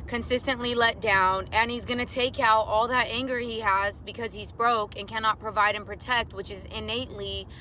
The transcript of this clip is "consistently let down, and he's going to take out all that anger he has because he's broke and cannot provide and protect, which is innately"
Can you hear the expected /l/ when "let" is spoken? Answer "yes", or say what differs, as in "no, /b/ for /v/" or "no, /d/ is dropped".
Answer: yes